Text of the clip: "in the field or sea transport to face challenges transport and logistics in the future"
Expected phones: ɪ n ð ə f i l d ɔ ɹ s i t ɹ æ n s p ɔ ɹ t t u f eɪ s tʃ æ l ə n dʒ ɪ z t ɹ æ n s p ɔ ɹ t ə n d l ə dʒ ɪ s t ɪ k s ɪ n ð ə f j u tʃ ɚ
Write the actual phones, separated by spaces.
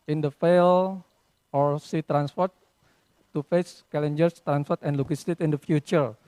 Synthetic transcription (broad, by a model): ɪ n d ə f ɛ l ɔ ɹ s i t ɹ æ n s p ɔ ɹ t t u f eɪ s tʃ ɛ l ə n dʒ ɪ s t ɹ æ n s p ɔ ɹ t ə n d l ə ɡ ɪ s t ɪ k ɪ n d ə f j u tʃ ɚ